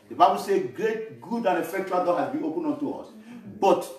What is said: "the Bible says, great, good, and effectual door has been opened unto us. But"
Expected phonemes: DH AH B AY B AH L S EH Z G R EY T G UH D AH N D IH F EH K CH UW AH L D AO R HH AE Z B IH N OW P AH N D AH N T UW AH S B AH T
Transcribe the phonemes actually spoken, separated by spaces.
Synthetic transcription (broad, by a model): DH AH B AY B AH L S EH G R EY T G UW D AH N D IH F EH K CH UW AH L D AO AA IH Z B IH OW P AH N AO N T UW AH S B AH T